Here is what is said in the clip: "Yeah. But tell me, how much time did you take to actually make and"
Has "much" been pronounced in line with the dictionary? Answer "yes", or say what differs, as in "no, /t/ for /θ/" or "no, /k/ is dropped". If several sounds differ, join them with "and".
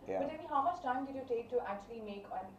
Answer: no, /s/ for /tʃ/